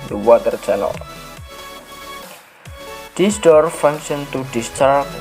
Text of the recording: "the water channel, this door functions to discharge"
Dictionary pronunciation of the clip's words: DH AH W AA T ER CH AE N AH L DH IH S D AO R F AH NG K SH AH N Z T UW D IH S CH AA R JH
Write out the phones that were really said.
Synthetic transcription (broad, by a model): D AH W AA T ER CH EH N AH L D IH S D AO R F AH NG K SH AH N T UW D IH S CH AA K